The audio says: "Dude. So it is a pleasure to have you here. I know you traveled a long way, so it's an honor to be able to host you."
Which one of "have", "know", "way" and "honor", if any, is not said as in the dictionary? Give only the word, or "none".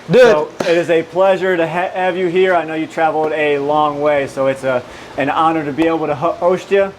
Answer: none